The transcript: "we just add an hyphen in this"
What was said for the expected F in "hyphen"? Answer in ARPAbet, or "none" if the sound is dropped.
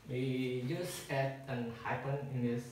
P